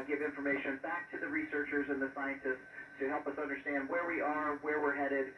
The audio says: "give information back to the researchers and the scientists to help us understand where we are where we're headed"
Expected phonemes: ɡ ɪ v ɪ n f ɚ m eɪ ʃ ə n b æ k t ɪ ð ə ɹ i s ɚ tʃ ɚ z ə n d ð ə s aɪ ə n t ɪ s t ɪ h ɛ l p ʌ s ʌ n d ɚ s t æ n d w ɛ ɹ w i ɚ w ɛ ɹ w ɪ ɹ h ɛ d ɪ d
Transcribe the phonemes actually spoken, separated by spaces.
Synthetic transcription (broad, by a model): ɡ ɪ v ɪ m f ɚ m eɪ ʃ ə n b æ k t ɪ ð ə ɹ i s ɚ tʃ ɚ z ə n ð ə s aɪ ə n t ɪ s t ɪ h ɛ l p ʌ s ʌ n d ɚ s t æ n d w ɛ ɹ w i ɚ w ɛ ɹ w ɪ ɹ h ɛ d ɪ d